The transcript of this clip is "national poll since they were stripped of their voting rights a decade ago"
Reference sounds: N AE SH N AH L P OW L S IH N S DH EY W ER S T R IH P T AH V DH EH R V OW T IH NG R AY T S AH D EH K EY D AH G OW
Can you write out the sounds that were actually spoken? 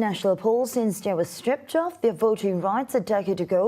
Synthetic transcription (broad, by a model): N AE SH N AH L P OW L S IH N S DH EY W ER S T R IH P T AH F DH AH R V OW T IH NG R AY T S AH D EH K EY D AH G OW